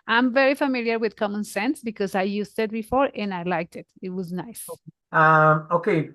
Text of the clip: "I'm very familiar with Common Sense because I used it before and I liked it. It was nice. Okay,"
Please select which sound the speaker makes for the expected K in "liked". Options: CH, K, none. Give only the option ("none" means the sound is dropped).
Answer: K